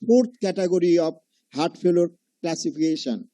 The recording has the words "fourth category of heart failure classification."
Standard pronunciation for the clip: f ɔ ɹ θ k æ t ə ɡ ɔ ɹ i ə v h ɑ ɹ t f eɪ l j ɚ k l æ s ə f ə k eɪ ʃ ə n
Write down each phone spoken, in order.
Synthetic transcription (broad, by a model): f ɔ ɹ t k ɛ t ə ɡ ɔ ɹ i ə b h ɑ ɹ t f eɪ l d k l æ s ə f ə k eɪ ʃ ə n